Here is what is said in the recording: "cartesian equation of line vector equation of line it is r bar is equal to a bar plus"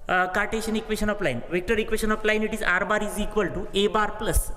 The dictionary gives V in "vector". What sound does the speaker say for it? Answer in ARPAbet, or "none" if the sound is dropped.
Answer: V